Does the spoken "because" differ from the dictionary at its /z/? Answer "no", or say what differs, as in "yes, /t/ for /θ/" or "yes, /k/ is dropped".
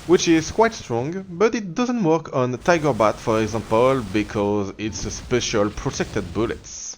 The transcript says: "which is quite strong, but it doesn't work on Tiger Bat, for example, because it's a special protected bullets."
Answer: no